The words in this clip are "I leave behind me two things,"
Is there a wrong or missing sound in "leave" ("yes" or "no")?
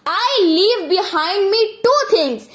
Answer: no